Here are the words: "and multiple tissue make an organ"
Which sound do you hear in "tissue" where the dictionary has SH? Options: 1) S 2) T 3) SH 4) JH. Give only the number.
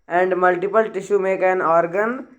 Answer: 3